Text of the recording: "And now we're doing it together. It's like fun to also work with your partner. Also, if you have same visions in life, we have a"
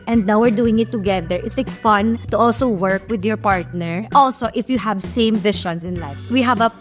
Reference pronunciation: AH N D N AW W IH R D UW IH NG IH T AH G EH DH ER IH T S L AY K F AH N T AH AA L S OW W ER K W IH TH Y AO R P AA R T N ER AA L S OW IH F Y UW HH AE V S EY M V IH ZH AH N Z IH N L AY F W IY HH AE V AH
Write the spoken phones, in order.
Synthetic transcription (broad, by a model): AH N D N AW W IH R D UW IH NG IH T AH G EH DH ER IH T S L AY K F AH N T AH AA L S OW W ER K W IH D Y AO R P AA R T N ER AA L S OW IH F Y UW HH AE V S EY M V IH SH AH N S IH N L AY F W IY HH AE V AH